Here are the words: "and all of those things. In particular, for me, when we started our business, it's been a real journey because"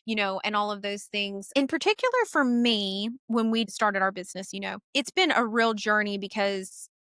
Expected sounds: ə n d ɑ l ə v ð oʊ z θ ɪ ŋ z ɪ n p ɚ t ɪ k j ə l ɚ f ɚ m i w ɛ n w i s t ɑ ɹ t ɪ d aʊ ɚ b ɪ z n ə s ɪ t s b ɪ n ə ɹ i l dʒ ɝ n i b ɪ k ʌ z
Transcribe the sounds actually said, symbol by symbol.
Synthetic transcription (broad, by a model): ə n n ɑ l ə v ð oʊ z θ ɪ ŋ z ɪ n p ɚ t ɪ k j l ɚ f ɚ m i w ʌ n w i s t ɑ ɹ t ɪ d aʊ ɚ b ɪ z n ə s ɪ t s b ɪ n ə ɹ i l dʒ ɝ n i b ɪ k ʌ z